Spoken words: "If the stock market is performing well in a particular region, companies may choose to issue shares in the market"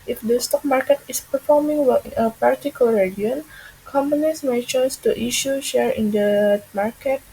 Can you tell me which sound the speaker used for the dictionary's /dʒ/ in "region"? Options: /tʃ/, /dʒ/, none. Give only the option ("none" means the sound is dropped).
none